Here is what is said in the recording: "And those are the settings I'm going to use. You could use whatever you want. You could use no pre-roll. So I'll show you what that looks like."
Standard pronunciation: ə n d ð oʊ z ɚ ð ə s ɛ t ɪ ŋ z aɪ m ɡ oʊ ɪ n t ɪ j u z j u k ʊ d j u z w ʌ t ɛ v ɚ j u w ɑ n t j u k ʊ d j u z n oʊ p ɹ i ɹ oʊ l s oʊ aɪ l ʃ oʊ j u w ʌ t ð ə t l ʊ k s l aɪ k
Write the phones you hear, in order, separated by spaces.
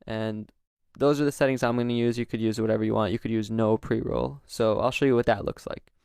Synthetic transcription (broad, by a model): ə n ð oʊ z ɚ ð ə s ɛ t ɪ ŋ z aɪ m ɡ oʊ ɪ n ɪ j u z j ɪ k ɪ d j u z w ʌ t ɛ v ɚ j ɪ w ɑ n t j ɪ k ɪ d j u z n oʊ p ɹ i ɹ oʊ l s oʊ aɪ l ʃ oʊ j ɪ w ʌ t ð ə t l ʊ k s l aɪ k